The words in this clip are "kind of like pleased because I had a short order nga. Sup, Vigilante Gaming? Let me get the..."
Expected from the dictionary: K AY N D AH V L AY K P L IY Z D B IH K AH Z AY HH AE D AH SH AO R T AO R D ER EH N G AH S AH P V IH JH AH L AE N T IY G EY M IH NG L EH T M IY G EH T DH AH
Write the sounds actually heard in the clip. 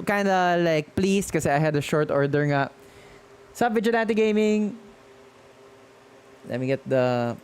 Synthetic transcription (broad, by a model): K AY N D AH L AY K P L IY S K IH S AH AY HH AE D AH SH AO R T AO R D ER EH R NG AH S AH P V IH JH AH N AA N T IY G EY M IH NG L EH T M IY G EH T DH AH